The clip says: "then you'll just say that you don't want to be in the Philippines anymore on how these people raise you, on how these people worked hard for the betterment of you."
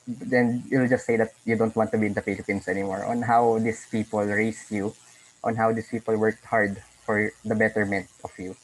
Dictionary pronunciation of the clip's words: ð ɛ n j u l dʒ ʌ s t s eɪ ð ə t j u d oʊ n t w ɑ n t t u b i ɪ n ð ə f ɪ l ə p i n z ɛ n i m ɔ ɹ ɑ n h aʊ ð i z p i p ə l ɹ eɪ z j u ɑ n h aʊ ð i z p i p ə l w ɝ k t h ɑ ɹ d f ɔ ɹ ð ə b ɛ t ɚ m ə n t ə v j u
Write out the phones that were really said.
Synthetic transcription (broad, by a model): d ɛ n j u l dʒ ʌ s t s eɪ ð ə t j u d oʊ n t w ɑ n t t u b i ɪ n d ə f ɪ l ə p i n s ɛ n i m ɔ ɹ ɑ n h aʊ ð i s p i p ə l ɹ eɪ s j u ɑ n h aʊ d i s p i p ə l w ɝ k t h ɑ ɹ d f ɔ ɹ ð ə b ɛ t ɚ m ə n t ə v j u